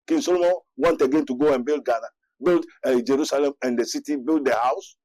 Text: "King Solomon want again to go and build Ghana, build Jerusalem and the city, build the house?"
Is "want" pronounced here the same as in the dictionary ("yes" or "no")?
yes